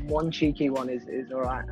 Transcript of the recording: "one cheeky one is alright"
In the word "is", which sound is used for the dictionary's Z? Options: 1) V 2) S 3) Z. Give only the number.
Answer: 3